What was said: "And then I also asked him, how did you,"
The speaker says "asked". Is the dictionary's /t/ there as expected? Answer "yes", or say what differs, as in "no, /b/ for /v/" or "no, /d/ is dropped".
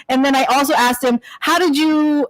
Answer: yes